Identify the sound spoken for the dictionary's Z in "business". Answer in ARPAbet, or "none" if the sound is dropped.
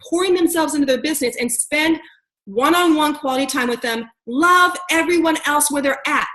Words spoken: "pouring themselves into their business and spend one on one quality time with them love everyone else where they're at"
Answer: Z